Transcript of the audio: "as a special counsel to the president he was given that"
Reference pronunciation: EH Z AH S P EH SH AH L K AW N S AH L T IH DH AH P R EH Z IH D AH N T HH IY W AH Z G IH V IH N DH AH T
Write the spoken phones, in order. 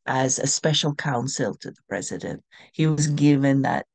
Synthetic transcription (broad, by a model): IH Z AH S P EH SH L K AW N S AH L T IH DH AH P R EH Z IH D AH N T HH IY W AH Z G IH V IH N DH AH T